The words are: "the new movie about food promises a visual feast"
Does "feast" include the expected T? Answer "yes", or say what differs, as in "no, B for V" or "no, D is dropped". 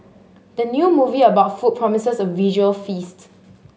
yes